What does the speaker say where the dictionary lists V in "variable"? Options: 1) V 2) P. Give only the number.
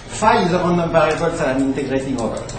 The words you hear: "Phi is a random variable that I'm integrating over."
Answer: 2